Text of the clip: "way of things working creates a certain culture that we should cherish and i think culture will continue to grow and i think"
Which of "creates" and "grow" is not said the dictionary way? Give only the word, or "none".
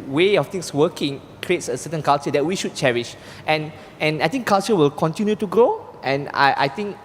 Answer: none